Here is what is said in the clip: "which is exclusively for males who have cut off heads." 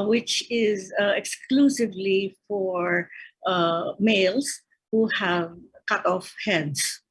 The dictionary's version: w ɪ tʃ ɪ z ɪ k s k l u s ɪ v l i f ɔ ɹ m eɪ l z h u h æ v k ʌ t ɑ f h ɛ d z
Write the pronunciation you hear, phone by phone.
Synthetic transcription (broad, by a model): w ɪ tʃ ɪ z ɪ k s k l u s ɪ v l i f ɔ ɹ m eɪ l s h u h æ v k ʌ t ɑ f h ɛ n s